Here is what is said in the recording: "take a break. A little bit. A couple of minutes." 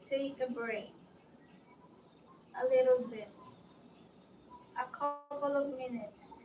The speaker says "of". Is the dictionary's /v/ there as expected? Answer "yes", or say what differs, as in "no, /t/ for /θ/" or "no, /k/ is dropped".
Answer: yes